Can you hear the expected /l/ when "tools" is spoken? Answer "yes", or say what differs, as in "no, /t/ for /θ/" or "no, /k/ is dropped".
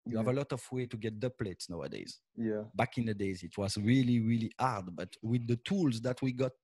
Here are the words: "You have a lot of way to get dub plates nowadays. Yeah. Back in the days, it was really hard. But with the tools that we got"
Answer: yes